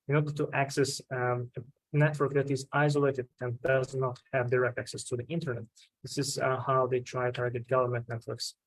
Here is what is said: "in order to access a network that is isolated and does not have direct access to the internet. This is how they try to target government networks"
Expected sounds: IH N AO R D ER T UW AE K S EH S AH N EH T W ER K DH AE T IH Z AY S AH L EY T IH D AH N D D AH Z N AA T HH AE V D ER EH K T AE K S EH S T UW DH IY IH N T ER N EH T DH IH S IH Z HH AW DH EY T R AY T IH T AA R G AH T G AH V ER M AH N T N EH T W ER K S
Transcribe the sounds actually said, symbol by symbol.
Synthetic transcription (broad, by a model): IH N AO R D ER T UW AE K S EH S AH N EH T W ER K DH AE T IH Z AY S AH L EY T IH D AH N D D AH Z N AA T HH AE V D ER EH K T AE K S EH S T UW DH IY IH N T ER N EH T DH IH S IH Z HH AW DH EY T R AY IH T AA R G AH T G AH V ER M AH N T N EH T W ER K S